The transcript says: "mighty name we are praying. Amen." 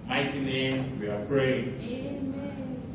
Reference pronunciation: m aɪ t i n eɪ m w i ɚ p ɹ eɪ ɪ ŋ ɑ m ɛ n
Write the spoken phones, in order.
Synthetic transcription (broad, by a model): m aɪ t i n eɪ m w i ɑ p ɹ eɪ ɪ ŋ